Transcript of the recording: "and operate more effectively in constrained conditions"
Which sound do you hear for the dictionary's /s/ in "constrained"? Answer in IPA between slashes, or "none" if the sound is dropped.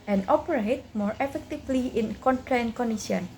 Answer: none